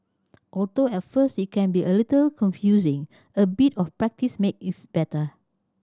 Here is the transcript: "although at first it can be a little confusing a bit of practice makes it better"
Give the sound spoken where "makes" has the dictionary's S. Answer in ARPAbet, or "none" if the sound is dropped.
none